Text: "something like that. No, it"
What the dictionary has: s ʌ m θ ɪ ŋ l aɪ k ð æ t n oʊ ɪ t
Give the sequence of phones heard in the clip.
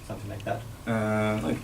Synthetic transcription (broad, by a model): s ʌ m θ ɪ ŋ l aɪ k ð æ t l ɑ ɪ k